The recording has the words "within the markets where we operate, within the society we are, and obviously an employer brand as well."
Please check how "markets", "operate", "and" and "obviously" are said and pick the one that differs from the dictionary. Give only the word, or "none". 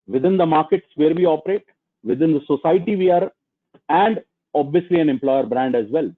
none